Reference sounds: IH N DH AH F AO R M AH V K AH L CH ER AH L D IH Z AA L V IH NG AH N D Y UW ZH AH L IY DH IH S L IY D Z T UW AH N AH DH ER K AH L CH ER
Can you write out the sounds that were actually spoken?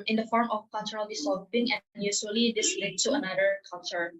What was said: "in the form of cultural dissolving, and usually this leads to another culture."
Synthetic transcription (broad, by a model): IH N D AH F AO R M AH F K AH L CH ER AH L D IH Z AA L P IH NG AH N Y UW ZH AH L IY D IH S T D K T UW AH N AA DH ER K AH L CH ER